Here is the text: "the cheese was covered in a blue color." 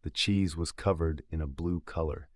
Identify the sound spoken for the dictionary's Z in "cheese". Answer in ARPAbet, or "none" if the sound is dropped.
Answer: Z